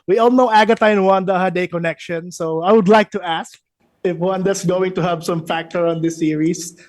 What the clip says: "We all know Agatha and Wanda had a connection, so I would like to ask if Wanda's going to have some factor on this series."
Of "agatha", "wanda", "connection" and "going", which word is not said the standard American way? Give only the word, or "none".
agatha